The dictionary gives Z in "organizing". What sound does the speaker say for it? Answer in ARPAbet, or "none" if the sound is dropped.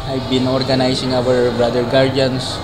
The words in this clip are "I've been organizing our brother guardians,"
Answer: S